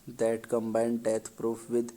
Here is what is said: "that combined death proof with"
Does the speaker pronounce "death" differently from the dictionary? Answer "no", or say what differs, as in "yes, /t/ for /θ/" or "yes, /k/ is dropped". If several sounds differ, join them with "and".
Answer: yes, /t/ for /θ/